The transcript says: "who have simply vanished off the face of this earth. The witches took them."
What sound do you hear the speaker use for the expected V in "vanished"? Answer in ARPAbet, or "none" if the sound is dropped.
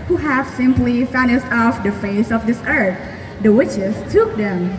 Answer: F